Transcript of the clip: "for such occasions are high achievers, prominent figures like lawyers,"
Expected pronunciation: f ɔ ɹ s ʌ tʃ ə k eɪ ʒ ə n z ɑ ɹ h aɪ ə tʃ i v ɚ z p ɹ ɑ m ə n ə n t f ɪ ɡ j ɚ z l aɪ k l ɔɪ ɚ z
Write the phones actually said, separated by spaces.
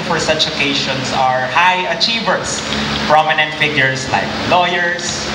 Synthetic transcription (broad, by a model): f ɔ ɹ s ʌ tʃ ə k eɪ ʃ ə n s ɑ ɹ h aɪ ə tʃ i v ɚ s p ɹ ɑ m ə n ə n t f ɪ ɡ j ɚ s l aɪ k l ɔɪ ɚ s